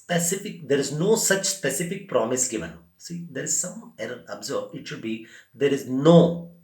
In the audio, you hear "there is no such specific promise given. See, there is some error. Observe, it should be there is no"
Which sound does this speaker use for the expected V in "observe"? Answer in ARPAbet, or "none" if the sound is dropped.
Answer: B